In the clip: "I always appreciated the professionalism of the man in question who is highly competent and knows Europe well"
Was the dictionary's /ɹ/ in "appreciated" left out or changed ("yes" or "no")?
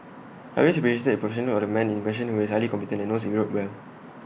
yes